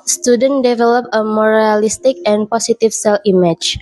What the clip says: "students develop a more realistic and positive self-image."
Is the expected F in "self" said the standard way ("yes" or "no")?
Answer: no